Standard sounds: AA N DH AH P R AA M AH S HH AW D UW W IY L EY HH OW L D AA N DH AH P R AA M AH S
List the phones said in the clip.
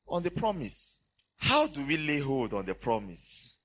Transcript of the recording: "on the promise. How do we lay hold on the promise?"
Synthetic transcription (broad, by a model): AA N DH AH P R AA M AH S HH AW D UW W IY L EY HH OW L D AA N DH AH P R AA M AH S